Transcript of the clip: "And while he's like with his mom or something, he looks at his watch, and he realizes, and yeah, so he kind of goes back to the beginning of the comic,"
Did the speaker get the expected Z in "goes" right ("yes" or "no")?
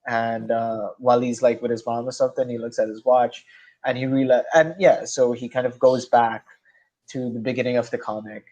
yes